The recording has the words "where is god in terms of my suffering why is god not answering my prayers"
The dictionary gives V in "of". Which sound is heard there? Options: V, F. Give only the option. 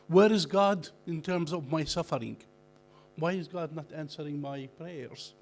V